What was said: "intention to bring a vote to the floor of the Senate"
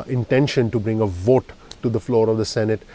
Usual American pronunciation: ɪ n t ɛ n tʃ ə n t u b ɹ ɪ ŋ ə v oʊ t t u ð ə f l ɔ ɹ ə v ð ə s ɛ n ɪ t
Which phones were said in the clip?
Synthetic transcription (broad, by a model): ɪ n t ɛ n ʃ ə n t u b ɹ ɪ ŋ ə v oʊ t t u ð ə f l ɔ ɹ ə v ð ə s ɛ n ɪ t